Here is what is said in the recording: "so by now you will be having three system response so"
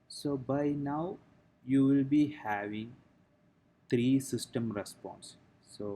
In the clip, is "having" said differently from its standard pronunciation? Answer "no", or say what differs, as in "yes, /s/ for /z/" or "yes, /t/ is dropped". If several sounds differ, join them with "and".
no